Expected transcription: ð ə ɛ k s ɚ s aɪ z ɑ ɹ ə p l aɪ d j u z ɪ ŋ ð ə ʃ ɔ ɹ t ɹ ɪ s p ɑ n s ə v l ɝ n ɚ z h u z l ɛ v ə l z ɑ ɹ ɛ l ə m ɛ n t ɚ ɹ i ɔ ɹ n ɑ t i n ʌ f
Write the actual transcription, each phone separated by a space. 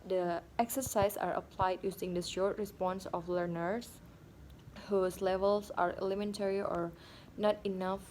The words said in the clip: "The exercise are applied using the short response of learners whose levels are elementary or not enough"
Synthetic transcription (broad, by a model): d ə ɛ k s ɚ s aɪ s ɑ ɹ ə p l aɪ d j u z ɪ ŋ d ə ʃ ɔ ɹ t ɹ ɪ s p ɑ n s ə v l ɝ n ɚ s h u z l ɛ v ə l s ɑ ɹ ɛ l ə m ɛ n t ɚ ɹ i ɔ ɹ n ɑ t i n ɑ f